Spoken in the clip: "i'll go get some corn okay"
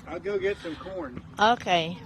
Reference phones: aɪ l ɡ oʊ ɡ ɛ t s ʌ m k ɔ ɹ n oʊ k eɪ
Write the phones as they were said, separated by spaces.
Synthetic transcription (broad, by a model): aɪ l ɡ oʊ ɡ ɛ t s ʌ m k ɔ ɹ n oʊ k eɪ